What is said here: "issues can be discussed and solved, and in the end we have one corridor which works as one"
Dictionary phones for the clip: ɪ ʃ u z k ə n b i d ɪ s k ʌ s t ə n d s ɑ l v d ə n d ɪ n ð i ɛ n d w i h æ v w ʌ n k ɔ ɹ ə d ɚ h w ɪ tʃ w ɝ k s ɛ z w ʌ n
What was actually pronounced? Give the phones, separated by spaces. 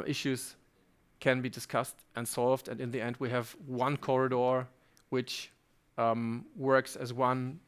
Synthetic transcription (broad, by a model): ɪ ʃ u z k ə n b i d ɪ s k ʌ s t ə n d s ɑ l v d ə n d ɪ n ð i ɛ n d w i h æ v w ʌ n k ɔ ɹ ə d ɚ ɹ w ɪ tʃ w ɝ k s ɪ z w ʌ n